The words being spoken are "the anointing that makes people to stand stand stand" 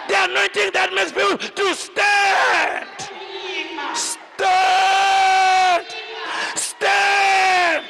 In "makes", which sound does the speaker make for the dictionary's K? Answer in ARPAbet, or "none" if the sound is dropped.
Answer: none